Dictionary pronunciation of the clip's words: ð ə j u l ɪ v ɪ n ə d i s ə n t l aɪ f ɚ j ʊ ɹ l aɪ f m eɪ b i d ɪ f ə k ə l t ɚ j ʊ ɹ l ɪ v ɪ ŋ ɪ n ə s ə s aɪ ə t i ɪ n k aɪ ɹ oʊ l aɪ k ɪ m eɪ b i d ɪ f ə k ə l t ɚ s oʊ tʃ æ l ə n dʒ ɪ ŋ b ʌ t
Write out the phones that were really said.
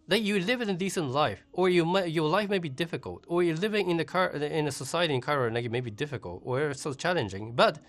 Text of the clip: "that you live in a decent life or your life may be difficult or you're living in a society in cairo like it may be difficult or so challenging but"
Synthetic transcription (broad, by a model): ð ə j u l ɪ v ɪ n ə d i s ə n t l aɪ f ɚ j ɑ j l aɪ f m eɪ b i d ɪ f ə k ə l t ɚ j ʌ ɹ l ɪ v ɪ ŋ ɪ n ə s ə s aɪ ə t i ɪ n k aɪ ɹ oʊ n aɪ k ɪ m eɪ b i d ɪ f ə k ə l t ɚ s oʊ tʃ æ l ə n dʒ ɪ ŋ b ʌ t